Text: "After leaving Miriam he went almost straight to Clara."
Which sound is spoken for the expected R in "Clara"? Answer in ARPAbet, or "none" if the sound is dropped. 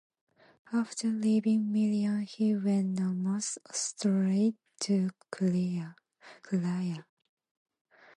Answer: none